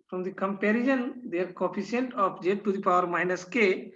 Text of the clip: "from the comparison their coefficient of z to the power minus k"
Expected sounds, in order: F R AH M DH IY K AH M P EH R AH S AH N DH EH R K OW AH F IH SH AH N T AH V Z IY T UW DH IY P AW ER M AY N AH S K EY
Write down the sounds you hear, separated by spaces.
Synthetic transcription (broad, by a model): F R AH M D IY K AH M P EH R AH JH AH N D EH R K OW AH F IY S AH N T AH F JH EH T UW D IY P AW ER M AY N AH S K EY